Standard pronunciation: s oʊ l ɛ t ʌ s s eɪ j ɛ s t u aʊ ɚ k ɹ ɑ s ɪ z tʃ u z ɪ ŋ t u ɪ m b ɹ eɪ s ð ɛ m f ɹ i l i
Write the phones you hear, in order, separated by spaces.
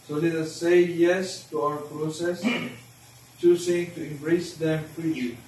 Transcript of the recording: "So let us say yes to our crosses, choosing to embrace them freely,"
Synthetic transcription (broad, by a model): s oʊ l ɛ t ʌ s s eɪ j ɛ s t u aʊ ɚ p ɹ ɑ s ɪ s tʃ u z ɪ ŋ t u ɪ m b ɹ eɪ s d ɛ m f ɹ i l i